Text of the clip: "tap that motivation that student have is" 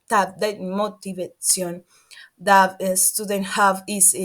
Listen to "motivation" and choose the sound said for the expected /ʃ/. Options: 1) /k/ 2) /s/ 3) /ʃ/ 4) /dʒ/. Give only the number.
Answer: 2